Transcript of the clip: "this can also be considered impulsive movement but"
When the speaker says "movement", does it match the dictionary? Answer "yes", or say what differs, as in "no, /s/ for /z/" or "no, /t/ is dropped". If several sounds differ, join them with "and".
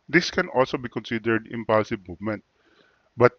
yes